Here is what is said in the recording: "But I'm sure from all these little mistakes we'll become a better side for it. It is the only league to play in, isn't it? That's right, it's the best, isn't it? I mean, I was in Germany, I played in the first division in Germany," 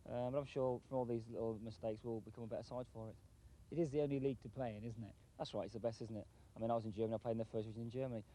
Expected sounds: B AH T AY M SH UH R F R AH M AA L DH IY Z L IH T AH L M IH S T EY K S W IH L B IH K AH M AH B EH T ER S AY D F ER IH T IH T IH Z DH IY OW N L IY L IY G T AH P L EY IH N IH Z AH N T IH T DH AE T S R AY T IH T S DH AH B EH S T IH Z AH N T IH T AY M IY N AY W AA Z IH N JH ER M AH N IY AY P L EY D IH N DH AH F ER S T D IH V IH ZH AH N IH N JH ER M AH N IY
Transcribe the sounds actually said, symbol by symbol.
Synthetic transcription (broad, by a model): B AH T AY M SH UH F R AH M AA L DH IY Z L IH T L M IH S T EY K S W IH L B IH K AH M AH B EH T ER S AY D F ER IH T IH T IH Z DH IY OW N L IY L IY G T AH P L EY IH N IH Z N T IH T DH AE T S R AY T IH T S DH AH B EH S T IH Z N T IH T AY M IY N AY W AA Z IH N JH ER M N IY AY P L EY IH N DH AH F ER S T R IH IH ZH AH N IH N JH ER M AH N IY